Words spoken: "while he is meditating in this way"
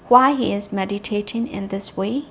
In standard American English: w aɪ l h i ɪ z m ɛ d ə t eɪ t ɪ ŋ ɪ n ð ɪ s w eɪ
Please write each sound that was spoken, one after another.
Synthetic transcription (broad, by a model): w aɪ h i ɪ z m ɛ d ə t eɪ t ɪ ŋ ɪ n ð ɪ s w eɪ